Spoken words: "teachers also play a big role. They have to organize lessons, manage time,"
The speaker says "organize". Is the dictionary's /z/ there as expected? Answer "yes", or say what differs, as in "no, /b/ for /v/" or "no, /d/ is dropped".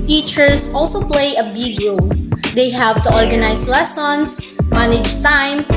no, /s/ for /z/